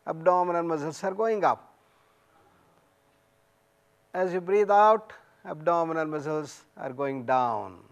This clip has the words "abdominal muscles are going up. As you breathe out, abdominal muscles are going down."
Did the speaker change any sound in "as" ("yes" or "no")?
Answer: no